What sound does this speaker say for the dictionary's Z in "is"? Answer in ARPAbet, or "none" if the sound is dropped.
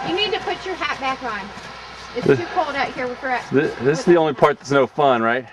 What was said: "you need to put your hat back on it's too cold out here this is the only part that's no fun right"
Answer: S